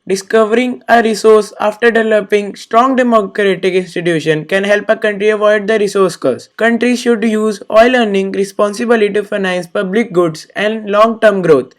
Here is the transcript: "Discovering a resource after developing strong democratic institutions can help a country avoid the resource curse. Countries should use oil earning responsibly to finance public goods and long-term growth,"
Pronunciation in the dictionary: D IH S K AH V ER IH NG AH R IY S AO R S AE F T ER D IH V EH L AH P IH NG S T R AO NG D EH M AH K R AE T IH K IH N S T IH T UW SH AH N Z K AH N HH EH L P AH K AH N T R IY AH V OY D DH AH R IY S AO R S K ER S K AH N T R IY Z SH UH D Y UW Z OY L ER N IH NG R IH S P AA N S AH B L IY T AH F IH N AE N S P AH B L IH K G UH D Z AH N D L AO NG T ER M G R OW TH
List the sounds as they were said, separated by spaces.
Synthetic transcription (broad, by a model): D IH S K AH V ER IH NG AH R IY S AO R S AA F T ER D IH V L L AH P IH NG S T R AO NG D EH M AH K R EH T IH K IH N S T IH T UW SH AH N K AH N HH EH L P AH K AH N T R IY AH V OY D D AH R IY S AO R S K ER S K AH N T R IY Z SH UH D Y UW Z OY L ER N IH NG R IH S P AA N S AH B L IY T AH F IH N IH N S P AH B L IH K G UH D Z AH N D L AO NG T ER M G R OW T